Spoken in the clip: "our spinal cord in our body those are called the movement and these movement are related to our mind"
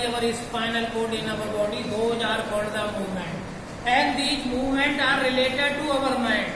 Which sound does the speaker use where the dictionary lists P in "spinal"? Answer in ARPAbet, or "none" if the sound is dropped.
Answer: F